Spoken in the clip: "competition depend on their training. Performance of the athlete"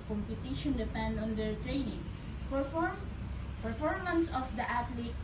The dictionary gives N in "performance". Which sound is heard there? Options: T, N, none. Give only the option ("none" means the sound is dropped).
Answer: N